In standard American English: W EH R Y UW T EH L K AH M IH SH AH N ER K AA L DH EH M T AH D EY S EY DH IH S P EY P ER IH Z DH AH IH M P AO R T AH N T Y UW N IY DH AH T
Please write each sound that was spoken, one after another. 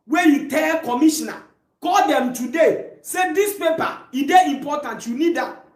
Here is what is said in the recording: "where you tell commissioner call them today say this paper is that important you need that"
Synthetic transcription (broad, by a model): W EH Y UW T EH L K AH M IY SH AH N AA K AA L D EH M T AH D EY S EY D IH S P EY P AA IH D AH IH M P AO T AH N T Y UW N IY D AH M